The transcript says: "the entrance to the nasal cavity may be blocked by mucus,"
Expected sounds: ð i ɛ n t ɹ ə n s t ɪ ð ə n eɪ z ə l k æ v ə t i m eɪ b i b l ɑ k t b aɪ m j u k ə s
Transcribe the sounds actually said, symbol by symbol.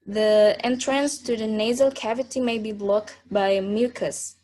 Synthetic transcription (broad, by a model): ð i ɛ n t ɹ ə n s t ɪ ð ə n eɪ z ə l k æ v ə t i m eɪ b i b l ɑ k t b aɪ m j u k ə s